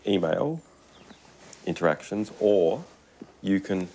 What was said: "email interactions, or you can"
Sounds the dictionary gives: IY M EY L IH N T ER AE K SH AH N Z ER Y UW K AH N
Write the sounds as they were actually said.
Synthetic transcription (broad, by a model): IY M EY L IH N T ER AE K SH AH N Z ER Y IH K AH N